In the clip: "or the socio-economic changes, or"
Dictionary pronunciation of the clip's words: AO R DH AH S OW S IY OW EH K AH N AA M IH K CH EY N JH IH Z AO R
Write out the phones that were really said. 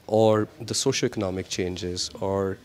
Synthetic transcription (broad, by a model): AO R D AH S OW SH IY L EH K AH N AA M IH K CH EY N JH IH Z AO R